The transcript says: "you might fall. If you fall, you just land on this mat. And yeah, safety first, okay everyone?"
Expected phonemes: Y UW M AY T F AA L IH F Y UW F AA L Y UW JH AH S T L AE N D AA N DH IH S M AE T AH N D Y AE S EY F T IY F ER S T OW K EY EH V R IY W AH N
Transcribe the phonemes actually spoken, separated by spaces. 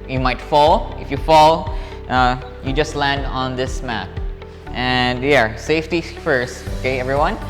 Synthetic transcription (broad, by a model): Y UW M AY T F AA L IH F Y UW F AA L Y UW JH AH S T L AE N D AA N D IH S M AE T AH N D Y AE S EY F T IY F ER S T OW K EY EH V R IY W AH N